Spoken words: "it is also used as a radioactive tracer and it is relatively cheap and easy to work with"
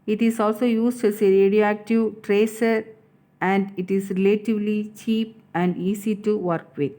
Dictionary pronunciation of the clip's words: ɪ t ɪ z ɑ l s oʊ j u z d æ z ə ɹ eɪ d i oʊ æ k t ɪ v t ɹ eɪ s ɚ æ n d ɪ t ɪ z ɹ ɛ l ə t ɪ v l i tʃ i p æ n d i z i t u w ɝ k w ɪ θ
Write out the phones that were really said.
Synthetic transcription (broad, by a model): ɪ t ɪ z ɑ l s oʊ j u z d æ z ə ɹ eɪ d i oʊ æ k t ɪ v t ɹ eɪ s ɚ æ n d ɪ t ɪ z ɹ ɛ l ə t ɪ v l i tʃ i p æ n d i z i t u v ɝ k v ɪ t